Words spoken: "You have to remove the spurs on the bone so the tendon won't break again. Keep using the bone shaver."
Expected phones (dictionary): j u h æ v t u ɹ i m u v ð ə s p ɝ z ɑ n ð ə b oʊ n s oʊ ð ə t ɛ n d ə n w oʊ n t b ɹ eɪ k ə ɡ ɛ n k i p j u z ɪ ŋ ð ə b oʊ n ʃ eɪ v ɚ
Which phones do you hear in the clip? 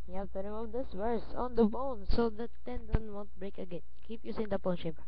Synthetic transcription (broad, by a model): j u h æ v t u ɹ i m u v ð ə s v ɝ s ɑ n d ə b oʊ n s oʊ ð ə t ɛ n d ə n w oʊ n t b ɹ eɪ k ə ɡ ɛ n k i p j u s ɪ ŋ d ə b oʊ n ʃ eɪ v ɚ